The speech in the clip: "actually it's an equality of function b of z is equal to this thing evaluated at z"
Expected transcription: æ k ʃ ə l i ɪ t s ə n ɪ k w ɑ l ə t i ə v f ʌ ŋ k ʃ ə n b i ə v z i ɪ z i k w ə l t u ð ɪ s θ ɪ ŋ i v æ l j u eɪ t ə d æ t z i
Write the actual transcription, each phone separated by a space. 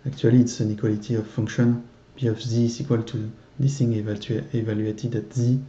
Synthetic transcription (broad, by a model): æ k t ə l i t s ə n ɪ k w ɑ l ə t i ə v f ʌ ŋ k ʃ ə n b i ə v z i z i k w ə l t u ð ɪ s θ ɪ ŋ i v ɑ l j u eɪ t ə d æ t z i